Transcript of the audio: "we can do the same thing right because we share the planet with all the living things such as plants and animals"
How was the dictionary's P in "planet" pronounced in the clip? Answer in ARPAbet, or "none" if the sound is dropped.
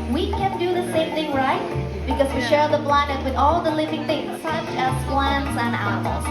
B